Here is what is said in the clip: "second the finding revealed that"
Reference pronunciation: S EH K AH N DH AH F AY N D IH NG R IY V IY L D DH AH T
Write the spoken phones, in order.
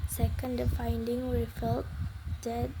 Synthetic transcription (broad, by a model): S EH K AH N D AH F AY N D IH NG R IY F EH L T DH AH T